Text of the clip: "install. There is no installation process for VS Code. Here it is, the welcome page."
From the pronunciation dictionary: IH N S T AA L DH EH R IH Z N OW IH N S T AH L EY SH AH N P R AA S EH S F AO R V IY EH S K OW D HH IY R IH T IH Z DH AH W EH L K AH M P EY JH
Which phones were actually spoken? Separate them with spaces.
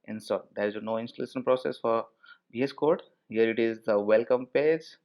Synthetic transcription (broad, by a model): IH N S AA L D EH R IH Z N OW IH N S T AH L EY SH AH N P R AA S EH S F AO R B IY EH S K OW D HH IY R IH T IH Z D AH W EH L K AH M P EY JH